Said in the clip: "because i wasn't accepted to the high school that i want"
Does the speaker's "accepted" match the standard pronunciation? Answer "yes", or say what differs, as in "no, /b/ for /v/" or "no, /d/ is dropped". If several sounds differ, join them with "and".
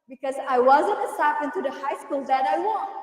no, /k/ is dropped